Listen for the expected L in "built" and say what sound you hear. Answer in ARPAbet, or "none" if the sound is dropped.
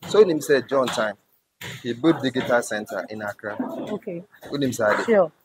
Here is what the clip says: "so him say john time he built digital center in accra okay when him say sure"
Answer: none